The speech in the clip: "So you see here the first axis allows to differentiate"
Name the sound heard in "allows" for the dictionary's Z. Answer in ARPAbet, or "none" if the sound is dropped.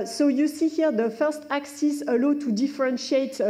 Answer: none